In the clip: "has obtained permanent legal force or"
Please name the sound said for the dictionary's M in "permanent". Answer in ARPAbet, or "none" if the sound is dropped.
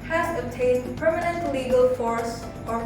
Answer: M